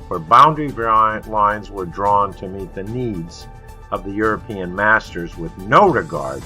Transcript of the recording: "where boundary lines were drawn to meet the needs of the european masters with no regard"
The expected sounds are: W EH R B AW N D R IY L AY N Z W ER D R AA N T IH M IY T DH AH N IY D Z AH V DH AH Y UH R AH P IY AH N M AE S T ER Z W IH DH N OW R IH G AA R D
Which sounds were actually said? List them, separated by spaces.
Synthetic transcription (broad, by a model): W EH R B AW N D R IY L AY N Z W ER D R AA N T IH M IY T DH AH N IY D Z AH V DH AH Y UH R AH P IY AH N M AE S T ER Z W IH DH N OW R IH G AA R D